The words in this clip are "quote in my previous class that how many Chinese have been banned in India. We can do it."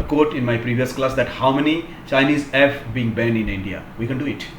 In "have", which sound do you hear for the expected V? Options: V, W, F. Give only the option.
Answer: F